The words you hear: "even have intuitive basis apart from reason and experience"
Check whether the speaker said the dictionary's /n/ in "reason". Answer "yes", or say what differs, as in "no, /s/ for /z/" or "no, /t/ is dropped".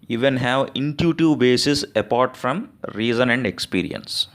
yes